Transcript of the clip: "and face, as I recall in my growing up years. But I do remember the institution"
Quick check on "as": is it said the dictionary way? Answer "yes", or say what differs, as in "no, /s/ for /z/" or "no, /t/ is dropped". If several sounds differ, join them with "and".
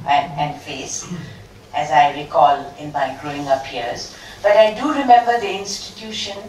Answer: yes